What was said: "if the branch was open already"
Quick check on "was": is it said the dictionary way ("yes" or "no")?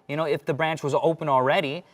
yes